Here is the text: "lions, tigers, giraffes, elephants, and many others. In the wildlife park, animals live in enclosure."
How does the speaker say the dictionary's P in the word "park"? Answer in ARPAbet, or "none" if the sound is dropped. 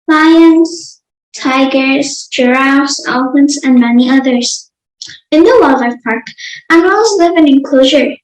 P